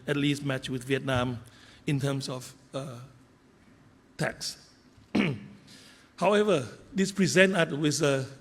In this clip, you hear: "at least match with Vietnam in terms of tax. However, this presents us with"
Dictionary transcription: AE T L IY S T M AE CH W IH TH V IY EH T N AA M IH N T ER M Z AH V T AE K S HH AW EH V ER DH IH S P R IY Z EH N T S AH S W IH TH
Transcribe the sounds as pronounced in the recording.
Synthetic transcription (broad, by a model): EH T L IY S T M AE CH W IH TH V IY EH T N AA M IH N T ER M S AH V T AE K S HH AW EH V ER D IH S P R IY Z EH N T AH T W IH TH